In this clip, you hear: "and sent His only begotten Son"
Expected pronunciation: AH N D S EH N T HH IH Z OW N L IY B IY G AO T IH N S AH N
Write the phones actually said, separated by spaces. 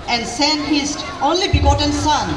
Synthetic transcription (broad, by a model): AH N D S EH N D HH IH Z OW N L IY B IY G AO T IH N S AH N